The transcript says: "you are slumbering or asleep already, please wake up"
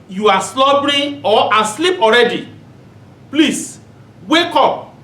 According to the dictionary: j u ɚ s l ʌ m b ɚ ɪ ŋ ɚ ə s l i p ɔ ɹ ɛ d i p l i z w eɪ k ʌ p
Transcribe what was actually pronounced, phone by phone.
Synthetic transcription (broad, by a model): j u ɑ s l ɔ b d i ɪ ə s l i p ɔ ɹ ɛ d i p l i s w eɪ k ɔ p